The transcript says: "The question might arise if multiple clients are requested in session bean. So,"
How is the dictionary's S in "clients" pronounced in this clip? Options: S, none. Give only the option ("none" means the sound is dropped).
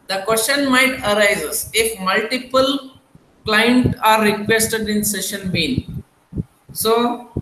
none